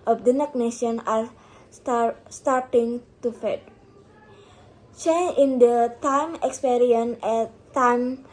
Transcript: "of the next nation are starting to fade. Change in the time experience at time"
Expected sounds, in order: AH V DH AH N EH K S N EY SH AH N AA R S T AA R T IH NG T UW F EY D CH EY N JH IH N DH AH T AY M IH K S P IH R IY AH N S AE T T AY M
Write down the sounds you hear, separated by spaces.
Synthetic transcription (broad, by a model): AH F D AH N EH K N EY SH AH N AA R S T AA R T IH NG T UW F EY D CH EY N IH N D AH T AY M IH K S P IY R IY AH N EH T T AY M